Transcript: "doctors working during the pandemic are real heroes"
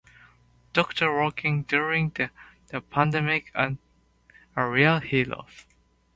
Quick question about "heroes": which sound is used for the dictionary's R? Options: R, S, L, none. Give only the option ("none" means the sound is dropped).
L